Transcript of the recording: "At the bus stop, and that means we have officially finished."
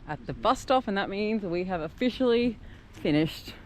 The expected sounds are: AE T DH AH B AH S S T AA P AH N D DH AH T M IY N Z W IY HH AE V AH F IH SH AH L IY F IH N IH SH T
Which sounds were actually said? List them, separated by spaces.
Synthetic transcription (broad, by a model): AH T DH AH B AH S S T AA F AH N DH AH T M IY N Z W IY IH V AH F IH SH L IY F IH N IH SH T